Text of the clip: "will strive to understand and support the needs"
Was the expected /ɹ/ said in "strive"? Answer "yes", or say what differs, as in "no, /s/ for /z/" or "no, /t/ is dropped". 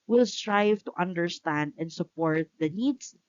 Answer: yes